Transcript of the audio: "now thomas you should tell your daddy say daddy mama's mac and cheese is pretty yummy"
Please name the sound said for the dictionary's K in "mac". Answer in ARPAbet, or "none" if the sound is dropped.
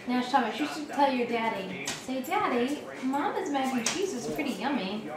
none